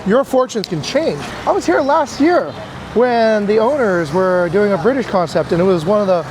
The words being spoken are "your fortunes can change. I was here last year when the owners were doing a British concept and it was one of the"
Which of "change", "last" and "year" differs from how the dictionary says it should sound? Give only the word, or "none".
none